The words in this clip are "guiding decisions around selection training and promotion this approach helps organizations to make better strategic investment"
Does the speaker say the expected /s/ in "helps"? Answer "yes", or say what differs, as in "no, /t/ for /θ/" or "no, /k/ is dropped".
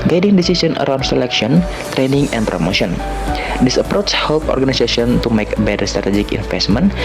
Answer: no, /s/ is dropped